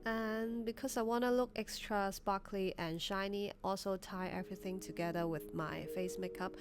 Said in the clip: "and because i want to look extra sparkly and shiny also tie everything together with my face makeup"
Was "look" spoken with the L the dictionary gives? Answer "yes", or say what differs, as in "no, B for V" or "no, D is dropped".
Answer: yes